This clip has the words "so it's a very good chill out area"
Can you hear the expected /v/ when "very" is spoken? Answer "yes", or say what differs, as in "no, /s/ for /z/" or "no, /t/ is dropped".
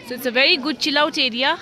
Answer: yes